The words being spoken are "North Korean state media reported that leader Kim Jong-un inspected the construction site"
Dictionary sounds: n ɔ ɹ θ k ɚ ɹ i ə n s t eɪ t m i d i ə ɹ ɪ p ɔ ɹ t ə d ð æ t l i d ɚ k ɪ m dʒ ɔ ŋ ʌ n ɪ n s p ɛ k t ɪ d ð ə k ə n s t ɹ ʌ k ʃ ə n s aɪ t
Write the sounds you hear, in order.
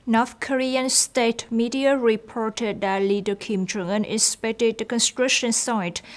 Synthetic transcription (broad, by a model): n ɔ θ k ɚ ɹ i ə n s t eɪ t m i d i ə ɹ ɪ p ɔ ɹ t ə d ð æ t l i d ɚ k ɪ m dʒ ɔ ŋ ʌ n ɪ s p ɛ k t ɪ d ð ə k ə n s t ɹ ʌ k ʃ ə n s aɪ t